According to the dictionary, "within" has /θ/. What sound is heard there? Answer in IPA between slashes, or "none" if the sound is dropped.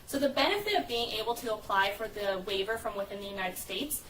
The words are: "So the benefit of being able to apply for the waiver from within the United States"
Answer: /θ/